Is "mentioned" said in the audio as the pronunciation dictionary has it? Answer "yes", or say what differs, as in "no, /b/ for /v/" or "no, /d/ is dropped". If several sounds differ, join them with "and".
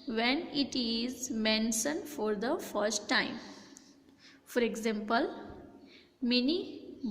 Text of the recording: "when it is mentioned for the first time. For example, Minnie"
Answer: no, /s/ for /ʃ/